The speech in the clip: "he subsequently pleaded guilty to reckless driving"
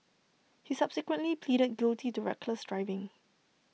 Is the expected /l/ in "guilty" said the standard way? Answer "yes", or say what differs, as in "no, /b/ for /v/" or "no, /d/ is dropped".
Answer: yes